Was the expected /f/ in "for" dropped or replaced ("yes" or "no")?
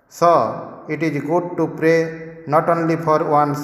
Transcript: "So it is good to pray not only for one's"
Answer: yes